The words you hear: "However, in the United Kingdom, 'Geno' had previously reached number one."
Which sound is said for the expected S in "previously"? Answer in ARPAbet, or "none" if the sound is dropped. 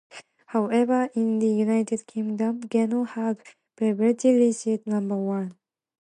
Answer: none